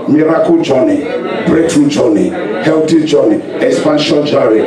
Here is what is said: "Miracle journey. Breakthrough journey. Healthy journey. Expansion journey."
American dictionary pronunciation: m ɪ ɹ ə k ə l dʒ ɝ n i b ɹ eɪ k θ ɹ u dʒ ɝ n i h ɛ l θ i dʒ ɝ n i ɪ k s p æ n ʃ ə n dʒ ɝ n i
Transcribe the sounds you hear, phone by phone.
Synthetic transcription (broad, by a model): m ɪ ɹ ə k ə dʒ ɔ n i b ɹ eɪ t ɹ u dʒ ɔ n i h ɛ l t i dʒ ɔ n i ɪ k s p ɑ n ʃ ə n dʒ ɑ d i